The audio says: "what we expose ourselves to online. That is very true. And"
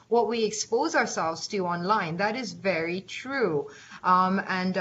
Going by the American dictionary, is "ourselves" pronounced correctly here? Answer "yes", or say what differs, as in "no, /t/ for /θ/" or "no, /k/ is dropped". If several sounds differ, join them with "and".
yes